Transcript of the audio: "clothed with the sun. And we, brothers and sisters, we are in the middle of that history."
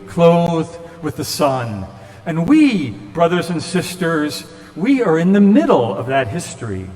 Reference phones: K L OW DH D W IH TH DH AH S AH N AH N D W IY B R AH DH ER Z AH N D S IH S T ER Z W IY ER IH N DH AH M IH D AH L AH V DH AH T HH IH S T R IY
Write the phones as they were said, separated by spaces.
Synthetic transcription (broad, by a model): K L OW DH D W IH DH AH S AH N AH N W IY B R AH DH ER Z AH N S IH S T ER Z W IY ER IH N DH AH M IH D L AH V DH AH T HH IH S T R IY